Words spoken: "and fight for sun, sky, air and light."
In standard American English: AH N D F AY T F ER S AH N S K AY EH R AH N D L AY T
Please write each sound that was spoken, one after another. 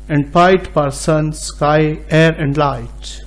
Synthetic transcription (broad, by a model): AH N D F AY T P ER S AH N S K AY EH R AH N D L AY T